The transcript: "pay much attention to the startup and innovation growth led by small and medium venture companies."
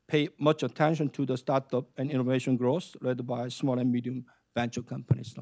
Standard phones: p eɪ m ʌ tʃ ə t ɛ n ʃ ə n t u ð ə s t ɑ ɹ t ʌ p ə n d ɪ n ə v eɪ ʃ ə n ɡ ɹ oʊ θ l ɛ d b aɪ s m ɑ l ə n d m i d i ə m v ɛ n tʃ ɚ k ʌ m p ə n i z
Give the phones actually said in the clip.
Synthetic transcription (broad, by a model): p eɪ m ʌ tʃ ə t ɛ n ʃ ə n t u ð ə s t ɑ ɹ t ʌ p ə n ɪ n ə v eɪ ʃ ə n ɡ ɹ oʊ s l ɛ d b aɪ s m ɑ l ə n m i d i ə m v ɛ n tʃ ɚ k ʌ m p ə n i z